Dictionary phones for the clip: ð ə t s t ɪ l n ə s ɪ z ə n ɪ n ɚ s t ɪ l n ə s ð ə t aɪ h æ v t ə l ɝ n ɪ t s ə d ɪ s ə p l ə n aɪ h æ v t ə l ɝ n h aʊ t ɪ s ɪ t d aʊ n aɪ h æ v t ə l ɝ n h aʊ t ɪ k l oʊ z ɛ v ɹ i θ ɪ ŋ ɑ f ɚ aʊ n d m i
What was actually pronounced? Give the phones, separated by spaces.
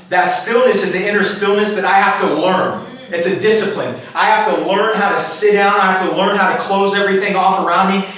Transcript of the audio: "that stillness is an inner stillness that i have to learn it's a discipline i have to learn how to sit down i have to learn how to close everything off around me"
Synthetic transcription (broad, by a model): ð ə t s t ɪ l n ə s ɪ z ə n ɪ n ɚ s t ɪ l n ə s ð ə t aɪ h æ f t ə l ɝ n ɪ t s ə d ɪ s ə p l ə n aɪ h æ f t ə l ɝ n h aʊ t ɪ s ɪ t d aʊ n aɪ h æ f t ə l ɝ n h aʊ t ɪ k l oʊ z ɛ v ɹ i θ ɪ ŋ ɑ f ɚ aʊ n d m i